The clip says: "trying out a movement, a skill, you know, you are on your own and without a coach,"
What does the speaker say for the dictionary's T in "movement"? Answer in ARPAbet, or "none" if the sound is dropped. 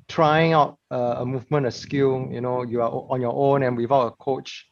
none